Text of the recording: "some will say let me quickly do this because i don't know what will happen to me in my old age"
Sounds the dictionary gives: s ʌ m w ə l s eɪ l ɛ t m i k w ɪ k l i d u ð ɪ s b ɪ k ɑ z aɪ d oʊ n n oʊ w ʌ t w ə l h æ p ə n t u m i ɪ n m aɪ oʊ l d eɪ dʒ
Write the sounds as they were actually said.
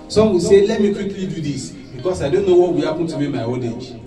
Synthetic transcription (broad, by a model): s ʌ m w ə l s eɪ l ɛ t m i k w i k l i d u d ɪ s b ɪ k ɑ s aɪ d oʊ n n oʊ w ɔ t w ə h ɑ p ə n t u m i m aɪ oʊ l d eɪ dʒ